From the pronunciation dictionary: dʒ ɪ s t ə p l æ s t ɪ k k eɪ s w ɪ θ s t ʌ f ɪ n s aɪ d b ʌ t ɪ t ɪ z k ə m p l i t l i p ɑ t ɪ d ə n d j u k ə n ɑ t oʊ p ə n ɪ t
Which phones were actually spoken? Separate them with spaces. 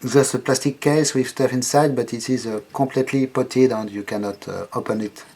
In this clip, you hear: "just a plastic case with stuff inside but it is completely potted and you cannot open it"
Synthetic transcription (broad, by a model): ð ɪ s ə p l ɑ s t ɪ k k eɪ s w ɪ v s t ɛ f ɪ n s aɪ d b ʌ t ɪ t ɪ z k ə p l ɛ t l i p ɑ t ɪ d ə n d j u k ə n ɑ t oʊ p ə n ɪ t